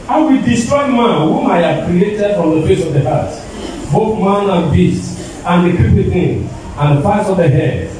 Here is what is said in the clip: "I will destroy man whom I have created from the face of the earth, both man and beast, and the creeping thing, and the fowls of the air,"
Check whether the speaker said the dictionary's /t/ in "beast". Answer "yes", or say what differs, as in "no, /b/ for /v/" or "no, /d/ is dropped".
yes